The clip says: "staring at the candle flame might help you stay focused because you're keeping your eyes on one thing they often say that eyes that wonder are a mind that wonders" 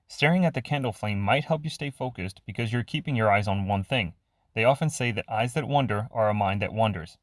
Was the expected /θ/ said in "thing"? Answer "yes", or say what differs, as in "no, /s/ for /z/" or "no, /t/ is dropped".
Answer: yes